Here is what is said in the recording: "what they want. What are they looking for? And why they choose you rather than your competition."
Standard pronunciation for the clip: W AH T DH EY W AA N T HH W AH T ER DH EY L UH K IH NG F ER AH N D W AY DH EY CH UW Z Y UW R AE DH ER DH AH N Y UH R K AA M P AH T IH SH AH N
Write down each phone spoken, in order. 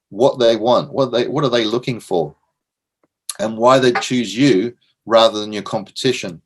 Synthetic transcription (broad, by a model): W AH T DH EY W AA N T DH W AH T ER DH EY L UH K IH NG F ER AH N W AY DH EY CH UW Z Y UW R AE DH ER DH AH N Y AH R K AA M P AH T IH SH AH N